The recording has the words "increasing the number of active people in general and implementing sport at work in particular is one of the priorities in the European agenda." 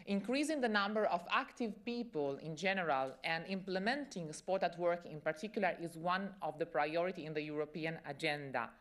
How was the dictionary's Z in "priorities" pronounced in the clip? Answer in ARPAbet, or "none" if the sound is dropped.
none